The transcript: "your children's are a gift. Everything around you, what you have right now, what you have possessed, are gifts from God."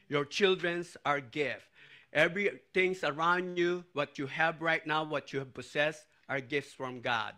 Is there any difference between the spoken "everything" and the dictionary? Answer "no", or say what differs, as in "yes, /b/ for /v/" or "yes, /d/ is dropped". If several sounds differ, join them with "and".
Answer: yes, /t/ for /θ/